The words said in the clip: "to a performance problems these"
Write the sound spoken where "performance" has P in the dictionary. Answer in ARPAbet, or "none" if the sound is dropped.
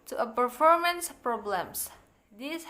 P